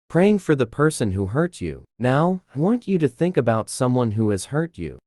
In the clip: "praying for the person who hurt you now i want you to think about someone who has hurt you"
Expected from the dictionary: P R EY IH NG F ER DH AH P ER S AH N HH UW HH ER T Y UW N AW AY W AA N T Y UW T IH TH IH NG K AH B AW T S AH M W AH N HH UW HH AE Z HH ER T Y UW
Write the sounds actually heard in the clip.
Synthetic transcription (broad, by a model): P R EY IH NG F ER DH AH P ER S AH N HH UW HH ER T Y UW N AW AY W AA N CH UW T IH TH IH NG K AH B AW T S AH M W AH N HH UW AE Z HH ER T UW